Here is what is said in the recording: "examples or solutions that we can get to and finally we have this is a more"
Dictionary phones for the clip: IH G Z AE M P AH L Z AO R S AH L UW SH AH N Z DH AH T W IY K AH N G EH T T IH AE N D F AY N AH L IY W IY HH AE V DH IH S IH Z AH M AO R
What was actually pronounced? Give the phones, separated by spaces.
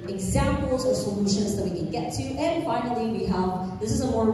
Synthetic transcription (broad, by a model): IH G Z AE M P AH L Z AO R S AH L UW SH AH N Z DH AH T W IY K AH N G EH T T IH N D F AY N AH L IY W IY HH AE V DH IH S IH Z AH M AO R